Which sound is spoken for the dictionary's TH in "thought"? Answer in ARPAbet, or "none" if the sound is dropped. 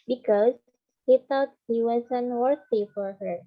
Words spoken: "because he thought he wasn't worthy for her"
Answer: T